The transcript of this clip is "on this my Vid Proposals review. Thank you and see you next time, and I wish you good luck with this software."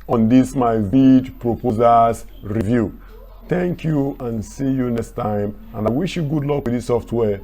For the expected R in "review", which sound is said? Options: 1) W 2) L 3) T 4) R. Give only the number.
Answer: 4